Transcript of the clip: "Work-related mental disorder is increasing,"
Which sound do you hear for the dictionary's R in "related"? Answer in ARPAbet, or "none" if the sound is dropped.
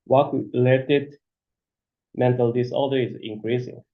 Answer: L